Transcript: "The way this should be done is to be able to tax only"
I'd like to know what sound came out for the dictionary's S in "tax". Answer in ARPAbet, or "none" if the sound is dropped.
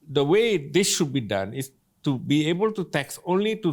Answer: S